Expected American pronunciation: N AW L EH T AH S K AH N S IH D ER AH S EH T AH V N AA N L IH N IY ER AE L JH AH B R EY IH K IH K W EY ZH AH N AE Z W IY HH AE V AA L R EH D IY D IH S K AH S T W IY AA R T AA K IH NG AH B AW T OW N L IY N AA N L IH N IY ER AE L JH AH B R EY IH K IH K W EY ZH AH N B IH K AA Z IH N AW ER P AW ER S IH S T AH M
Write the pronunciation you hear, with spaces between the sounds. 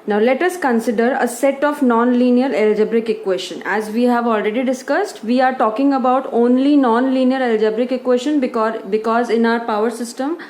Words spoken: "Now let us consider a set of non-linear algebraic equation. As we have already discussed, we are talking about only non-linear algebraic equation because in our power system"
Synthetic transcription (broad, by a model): N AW L EH T AH S K AH N S IH D ER AH S EH T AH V N AA N L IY N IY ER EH L JH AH B R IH K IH K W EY SH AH N AE Z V IY HH AE V AA L R EH D IY D IH S K AH S T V IY AA R T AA K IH NG AH B AW T OW N L IY N AA N L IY N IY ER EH L JH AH B R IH K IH K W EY SH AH N B IH K AA Z IH N AW ER P AW ER S IH S T AH M